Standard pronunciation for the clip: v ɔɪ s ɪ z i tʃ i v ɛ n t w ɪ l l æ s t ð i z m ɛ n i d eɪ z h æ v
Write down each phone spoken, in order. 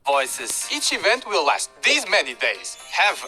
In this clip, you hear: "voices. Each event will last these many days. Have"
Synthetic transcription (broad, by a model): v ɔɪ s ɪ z i tʃ i v ɛ n t w ɪ l l æ s t ð i z m ɛ n i d eɪ z h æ v